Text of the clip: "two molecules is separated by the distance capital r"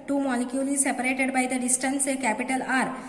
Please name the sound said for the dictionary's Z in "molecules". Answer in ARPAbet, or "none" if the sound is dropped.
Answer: none